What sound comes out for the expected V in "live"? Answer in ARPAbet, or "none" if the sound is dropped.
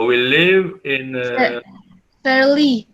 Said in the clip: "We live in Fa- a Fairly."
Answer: V